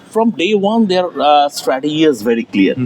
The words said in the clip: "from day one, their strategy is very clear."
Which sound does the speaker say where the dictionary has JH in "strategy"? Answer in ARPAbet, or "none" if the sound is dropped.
none